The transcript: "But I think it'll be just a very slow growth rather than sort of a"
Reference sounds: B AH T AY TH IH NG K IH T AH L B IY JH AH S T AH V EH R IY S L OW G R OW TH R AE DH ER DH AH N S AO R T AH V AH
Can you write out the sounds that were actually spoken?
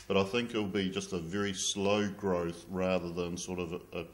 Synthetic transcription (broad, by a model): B AH T AY TH IH NG K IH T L B IY JH AH S T AH V EH R IY S L OW G R OW TH R AE DH ER DH AH N S AO R T AH V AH